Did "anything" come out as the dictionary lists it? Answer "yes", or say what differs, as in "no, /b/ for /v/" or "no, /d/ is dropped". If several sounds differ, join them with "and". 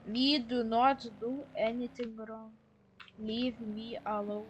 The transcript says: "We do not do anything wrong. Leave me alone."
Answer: no, /t/ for /θ/